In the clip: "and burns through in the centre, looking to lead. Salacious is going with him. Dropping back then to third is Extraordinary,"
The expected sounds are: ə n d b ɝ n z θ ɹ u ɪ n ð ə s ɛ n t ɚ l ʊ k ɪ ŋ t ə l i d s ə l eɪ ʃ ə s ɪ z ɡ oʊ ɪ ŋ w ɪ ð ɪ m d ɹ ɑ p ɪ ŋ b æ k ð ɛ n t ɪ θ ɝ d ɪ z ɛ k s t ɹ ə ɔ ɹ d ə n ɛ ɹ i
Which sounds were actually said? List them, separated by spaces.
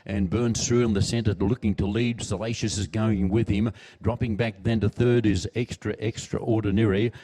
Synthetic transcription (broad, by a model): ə n b ɝ n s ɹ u ɪ n ð ə s ɛ n t ɚ l ʊ k ɪ ŋ t ə l i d s ə l eɪ ʃ ə s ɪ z ɡ oʊ ɪ ŋ w ɪ ð ɪ m d ɹ ɑ p ɪ ŋ b æ k ð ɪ n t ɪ θ ɝ d ɪ z ɛ k s t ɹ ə ɔ ɹ d n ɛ ɹ i